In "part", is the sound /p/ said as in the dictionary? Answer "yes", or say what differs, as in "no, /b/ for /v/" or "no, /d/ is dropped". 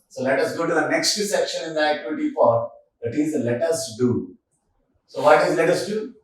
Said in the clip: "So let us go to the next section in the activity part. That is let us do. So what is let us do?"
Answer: no, /f/ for /p/